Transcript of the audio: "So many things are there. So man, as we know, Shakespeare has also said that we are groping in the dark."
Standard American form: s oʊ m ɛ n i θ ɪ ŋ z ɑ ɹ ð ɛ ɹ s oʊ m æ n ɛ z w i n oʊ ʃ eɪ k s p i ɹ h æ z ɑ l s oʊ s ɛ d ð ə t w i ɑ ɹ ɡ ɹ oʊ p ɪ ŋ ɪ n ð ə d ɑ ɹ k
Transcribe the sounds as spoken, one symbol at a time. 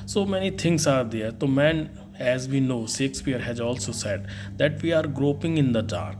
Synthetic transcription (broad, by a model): s oʊ m ɛ n i t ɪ ŋ s ɑ ɹ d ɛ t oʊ m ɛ n ɛ z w i n oʊ s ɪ k s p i ɹ h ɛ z ɑ l s oʊ s ɛ d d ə t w i ɑ ɹ ɡ ɹ oʊ p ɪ ŋ ɪ n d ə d ɑ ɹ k